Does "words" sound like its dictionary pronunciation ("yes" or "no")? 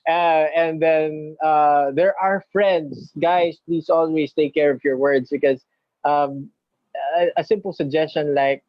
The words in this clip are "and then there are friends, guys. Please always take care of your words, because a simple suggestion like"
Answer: no